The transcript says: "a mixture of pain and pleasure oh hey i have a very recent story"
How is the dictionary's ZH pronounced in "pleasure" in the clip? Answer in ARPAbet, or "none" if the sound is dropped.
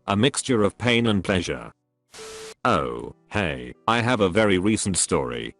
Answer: ZH